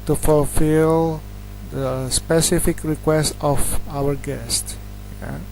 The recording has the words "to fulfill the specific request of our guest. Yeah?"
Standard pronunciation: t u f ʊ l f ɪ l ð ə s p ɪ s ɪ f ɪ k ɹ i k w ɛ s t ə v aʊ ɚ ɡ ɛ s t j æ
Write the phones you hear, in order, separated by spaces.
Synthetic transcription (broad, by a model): t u f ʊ l f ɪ l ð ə s p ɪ s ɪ f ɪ k ɹ i k w ɛ s t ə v aʊ ɚ ɡ ɛ s t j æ